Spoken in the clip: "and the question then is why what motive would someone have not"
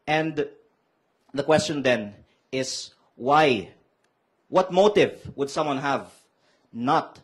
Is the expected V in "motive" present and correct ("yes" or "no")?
yes